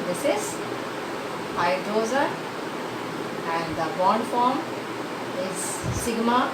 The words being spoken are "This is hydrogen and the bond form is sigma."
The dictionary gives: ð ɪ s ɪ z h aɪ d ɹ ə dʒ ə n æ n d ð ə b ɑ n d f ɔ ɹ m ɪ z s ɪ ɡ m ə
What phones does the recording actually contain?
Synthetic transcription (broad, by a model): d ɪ s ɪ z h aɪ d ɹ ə z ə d æ n d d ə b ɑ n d f ɔ ɹ m ɪ z s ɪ ɡ m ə